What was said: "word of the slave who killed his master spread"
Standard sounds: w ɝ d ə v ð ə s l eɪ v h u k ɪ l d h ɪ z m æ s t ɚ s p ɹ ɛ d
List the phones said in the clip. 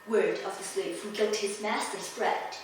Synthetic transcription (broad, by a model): w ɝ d ə v ð ə s l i p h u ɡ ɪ l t h ɪ z m æ s t ɚ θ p ɹ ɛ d